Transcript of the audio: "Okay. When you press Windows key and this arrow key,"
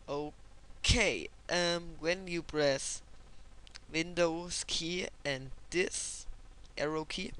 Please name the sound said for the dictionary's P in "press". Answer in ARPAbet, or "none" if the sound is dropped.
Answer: B